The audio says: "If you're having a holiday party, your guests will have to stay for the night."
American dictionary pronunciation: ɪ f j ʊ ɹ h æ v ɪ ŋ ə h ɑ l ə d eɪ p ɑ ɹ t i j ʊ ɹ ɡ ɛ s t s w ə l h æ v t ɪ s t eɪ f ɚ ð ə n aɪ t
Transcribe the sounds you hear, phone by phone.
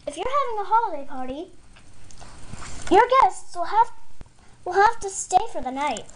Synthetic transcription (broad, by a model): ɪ f j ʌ ɹ h æ v ɪ ŋ ə h ɑ l ə d eɪ p ɑ ɹ t i j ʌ ɹ ɡ ɛ s t s w ə l h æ f t ɪ s t eɪ f ɚ ð ə n aɪ t